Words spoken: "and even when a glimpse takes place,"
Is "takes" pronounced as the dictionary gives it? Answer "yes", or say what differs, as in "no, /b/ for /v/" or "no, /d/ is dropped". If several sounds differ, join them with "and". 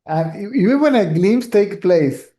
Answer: no, /s/ is dropped